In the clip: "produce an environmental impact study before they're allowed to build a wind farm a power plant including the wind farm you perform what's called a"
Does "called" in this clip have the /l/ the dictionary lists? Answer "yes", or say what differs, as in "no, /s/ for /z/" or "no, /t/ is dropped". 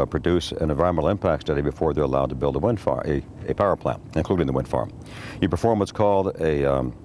yes